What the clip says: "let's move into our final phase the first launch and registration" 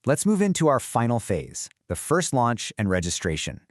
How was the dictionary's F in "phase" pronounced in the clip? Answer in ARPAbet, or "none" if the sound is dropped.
F